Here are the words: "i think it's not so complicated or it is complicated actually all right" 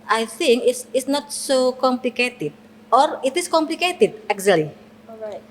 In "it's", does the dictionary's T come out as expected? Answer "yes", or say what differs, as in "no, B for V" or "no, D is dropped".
no, S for T